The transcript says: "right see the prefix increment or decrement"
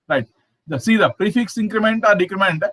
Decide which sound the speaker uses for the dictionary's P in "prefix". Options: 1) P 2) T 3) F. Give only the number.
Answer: 1